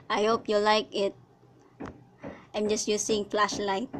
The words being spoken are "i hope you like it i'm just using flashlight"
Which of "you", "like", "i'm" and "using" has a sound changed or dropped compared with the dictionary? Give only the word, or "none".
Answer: using